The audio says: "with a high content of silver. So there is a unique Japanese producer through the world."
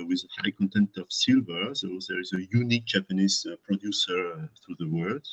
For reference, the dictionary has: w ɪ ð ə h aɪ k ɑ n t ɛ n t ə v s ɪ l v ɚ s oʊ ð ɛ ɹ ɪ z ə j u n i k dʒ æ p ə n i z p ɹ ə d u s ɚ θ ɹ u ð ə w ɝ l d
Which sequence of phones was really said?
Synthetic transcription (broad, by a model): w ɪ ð ə h aɪ k ɑ n t ɛ n t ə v s ɪ l v ɚ s oʊ ð ɛ ɹ ɪ z ə j u n i k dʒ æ p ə n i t p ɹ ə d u s ɚ θ ɹ u ð ə w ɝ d